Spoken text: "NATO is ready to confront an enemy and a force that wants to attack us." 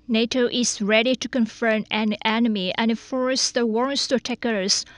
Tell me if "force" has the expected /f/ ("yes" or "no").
yes